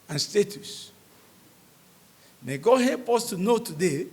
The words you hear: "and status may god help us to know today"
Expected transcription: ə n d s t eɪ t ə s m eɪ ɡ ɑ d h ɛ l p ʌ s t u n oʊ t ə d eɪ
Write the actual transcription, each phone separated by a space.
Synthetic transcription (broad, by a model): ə n s t eɪ t ə s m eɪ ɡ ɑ h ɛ p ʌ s t u n oʊ t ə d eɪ